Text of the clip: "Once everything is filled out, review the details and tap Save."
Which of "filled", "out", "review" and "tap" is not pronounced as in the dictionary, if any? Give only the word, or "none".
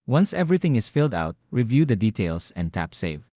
none